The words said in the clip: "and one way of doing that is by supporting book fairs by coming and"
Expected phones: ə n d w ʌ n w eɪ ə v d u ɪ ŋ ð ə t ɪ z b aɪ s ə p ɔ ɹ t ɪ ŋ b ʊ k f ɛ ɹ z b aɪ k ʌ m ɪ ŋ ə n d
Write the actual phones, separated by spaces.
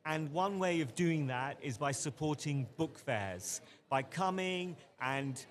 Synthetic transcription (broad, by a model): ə n w ʌ n w eɪ ə v d u ɪ ŋ ð ə t ɪ z b aɪ s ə p ɔ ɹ t ɪ ŋ b ʊ k f ɛ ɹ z b aɪ k ʌ m ɪ ŋ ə n